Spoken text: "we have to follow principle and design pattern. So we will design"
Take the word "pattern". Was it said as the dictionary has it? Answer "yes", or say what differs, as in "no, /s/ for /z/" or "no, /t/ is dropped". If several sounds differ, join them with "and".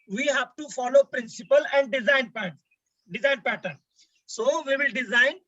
yes